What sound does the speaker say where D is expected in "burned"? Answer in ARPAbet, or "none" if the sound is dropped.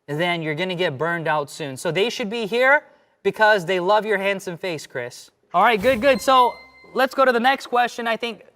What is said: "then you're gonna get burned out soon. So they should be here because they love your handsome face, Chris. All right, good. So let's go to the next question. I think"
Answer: D